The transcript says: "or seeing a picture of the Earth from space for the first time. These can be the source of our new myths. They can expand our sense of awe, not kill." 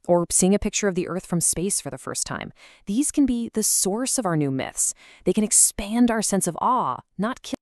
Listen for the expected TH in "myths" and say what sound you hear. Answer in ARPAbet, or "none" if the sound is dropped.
TH